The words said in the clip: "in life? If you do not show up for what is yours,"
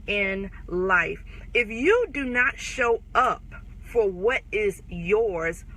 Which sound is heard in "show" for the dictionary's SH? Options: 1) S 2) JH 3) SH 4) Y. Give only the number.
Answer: 3